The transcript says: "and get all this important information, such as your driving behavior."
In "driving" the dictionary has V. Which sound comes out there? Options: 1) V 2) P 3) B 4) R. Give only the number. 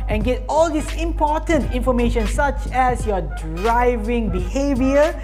1